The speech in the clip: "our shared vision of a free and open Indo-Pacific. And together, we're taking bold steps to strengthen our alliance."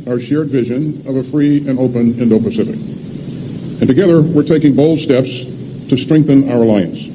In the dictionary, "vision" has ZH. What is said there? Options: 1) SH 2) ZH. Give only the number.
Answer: 2